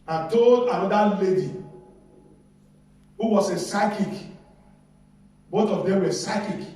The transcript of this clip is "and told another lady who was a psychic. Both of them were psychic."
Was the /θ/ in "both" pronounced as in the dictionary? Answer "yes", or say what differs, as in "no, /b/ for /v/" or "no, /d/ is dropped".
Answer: no, /t/ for /θ/